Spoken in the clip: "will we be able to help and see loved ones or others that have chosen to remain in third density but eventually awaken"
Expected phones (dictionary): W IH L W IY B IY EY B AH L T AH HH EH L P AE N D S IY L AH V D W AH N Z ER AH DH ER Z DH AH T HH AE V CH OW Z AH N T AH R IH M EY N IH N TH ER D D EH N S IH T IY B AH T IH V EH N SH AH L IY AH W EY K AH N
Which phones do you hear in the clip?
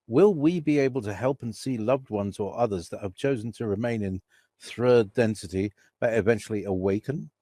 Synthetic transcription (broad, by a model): W IH L W IY B IY EY B AH L T AH HH EH L P N S IY L AH V D W AH N Z ER AH DH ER Z DH AH T HH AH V CH OW Z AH N T AH R IH M EY N IH N TH ER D D EH N S IH T IY B AH T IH V EH N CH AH L IY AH W EY K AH N